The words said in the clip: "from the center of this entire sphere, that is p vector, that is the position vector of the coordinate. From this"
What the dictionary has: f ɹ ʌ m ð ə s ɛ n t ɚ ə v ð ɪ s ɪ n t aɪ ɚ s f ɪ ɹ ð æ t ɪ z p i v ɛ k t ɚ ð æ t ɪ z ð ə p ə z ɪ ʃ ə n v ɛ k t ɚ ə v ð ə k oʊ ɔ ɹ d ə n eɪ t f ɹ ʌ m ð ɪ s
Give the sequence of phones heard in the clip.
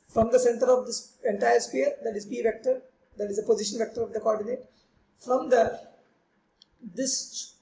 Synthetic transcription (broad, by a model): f ɹ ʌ m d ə s ɛ n t ɚ ə v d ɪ s ɪ n t aɪ ɚ s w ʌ ɹ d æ t ɪ z p i v ɛ k t ɚ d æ t ɪ z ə p ə z ɪ ʃ ə n v ɛ k t ɚ ə v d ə k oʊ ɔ ɹ d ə n eɪ t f ɹ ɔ m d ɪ s